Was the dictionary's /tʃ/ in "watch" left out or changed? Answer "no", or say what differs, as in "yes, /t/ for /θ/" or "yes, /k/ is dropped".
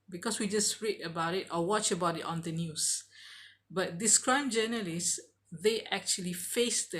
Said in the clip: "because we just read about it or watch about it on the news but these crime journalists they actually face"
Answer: no